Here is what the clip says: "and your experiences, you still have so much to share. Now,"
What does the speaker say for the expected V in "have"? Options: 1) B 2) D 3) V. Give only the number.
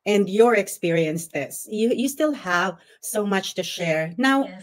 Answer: 3